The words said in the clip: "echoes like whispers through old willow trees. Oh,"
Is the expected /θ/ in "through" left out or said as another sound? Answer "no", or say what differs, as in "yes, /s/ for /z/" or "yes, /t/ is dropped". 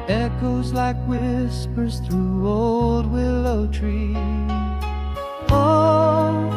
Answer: no